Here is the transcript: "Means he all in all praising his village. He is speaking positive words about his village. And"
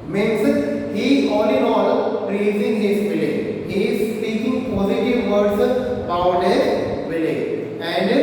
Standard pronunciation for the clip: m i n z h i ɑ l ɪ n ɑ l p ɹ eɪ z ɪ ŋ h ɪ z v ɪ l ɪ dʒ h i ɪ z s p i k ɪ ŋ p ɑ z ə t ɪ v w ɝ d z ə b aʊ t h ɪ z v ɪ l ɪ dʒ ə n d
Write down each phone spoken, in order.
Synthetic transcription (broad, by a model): m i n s h i ɑ l ɪ n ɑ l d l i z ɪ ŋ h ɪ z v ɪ l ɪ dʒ h i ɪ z s p i k ɪ ŋ p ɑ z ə t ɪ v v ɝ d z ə ʊ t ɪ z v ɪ l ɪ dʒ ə n d